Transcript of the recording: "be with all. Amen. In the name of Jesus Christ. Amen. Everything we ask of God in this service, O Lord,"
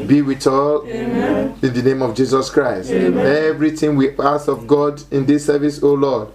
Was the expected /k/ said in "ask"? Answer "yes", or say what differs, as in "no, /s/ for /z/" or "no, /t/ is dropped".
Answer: no, /k/ is dropped